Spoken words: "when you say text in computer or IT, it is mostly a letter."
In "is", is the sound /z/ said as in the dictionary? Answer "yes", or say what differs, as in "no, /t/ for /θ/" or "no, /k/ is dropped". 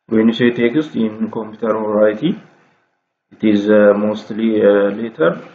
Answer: yes